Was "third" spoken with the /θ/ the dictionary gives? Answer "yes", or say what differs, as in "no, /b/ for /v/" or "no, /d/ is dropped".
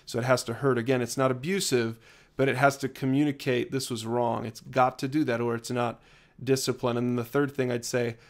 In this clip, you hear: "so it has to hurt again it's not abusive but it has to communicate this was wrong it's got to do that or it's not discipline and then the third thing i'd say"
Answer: yes